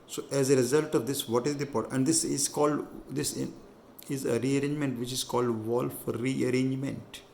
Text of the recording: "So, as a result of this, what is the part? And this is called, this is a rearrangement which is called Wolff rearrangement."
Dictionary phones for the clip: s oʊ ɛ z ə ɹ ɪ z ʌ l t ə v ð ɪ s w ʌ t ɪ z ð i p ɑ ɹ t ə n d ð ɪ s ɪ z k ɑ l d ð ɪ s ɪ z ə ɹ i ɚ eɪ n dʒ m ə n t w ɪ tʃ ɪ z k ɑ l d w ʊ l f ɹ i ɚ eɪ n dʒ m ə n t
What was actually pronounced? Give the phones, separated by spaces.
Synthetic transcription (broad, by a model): s oʊ ɛ z ə ɹ ɪ z ʌ l t ə v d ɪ s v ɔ t ɪ z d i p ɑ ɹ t ə n d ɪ s ɪ z k ɑ l d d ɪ s ɪ z ə ɹ i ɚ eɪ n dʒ m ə n t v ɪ tʃ ɪ z k ɑ l d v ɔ l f ɹ i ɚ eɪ n dʒ m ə n t